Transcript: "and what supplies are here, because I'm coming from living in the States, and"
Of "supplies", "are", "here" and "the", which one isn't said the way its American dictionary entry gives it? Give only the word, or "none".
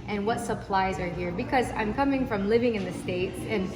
none